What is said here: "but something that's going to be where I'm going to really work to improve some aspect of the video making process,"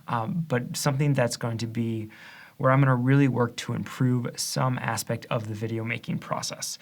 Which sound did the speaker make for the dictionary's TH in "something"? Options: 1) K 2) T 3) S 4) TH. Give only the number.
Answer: 4